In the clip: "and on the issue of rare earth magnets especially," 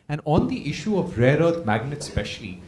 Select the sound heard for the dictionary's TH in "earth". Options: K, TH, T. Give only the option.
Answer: T